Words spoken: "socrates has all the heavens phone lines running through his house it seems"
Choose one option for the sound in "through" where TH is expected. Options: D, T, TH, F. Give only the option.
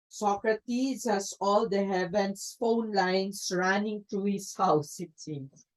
T